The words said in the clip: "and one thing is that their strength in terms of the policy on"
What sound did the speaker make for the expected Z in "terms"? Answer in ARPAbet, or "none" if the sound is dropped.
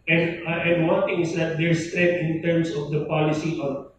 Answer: S